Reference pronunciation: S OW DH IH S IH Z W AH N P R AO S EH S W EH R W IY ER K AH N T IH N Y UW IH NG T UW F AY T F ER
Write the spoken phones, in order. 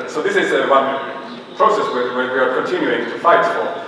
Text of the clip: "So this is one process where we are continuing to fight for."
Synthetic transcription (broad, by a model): S OW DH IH S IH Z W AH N P R AO S EH S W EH W W IY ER K AH N T IH N Y UW IH NG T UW F AY T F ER